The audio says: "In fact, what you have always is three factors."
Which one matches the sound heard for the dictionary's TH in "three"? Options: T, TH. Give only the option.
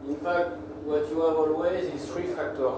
T